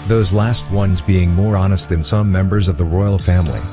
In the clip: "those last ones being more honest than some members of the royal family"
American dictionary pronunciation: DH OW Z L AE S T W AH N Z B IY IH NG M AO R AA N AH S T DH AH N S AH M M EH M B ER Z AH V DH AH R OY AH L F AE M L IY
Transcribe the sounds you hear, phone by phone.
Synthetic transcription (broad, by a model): DH OW Z L AE S T W AH N Z B IY IH NG M AO R AA N AH S T DH AH N S AH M M EH M B ER Z AH V DH AH R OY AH L F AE M L IY